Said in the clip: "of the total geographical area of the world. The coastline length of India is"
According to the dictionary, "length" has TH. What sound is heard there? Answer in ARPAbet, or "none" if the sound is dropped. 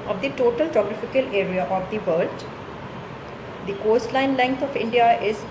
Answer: T